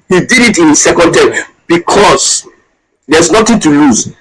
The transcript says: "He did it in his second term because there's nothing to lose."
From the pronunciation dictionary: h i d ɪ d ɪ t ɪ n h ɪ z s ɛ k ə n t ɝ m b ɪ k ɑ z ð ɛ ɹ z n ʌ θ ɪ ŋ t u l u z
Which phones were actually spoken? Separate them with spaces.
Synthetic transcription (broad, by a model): h i d ɪ d ɪ t ɪ n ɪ s ɛ k ə n t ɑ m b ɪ k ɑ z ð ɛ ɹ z n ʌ t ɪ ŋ t u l u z